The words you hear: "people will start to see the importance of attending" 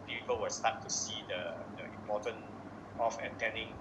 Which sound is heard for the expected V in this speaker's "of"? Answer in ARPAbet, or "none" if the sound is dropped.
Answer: F